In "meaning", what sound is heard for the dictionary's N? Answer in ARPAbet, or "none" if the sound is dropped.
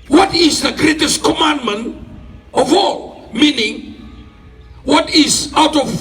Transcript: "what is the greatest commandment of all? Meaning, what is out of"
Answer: N